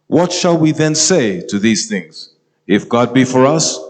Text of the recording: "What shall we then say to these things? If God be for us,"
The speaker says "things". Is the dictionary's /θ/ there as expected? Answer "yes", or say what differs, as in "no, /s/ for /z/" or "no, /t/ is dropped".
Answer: yes